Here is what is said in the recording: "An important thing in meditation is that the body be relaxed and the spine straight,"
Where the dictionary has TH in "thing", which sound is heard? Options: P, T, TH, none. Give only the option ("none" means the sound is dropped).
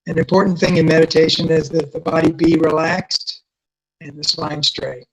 TH